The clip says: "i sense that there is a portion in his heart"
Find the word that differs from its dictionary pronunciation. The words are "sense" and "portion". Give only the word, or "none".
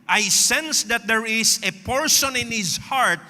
portion